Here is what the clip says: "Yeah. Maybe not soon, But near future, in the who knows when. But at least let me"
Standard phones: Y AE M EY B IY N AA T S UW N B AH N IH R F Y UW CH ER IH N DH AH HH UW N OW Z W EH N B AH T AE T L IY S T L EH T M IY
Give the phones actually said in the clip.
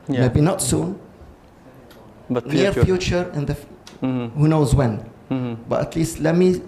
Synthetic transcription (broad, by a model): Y M EY B IY N AA T S UW N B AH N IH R F Y UW CH ER IH N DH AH HH UW N OW Z W EH N B AH T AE T L IY S T L EH T M IY